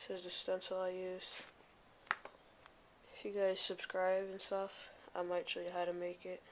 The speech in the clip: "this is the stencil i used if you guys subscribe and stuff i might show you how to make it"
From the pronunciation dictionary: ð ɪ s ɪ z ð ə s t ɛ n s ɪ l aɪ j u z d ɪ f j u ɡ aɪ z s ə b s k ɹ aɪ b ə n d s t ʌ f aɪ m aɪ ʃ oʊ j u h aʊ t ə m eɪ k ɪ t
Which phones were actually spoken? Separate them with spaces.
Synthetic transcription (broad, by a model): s ɪ z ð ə s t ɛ n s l aɪ j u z ɪ f j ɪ ɡ aɪ z s ə b s k ɹ aɪ b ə n s t ʌ f aɪ m aɪ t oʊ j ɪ h aʊ t ə m eɪ k ɪ t